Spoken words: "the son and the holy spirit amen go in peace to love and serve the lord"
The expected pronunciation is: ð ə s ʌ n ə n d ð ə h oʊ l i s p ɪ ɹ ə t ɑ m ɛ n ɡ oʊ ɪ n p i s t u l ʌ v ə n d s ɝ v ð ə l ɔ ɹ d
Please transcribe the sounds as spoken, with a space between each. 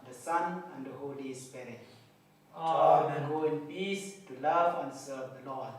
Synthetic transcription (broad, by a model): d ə s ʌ n ə n d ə h oʊ l i s p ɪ ɹ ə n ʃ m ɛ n ɡ oʊ ɪ n p i s t u l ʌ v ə n s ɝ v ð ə l ɔ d